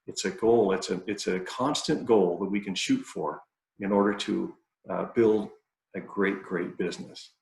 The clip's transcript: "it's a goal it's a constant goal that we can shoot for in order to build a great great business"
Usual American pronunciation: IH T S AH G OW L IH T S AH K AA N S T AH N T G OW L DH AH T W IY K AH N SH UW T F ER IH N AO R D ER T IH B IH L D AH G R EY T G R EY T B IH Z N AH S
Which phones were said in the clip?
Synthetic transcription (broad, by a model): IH T S AH G OW L IH T S AH K AA N S T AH N G OW L DH AH T W IY K AH N SH UW T F ER IH N AO R D ER T IH B IH L D AH G R EY T G R EY T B IH Z N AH S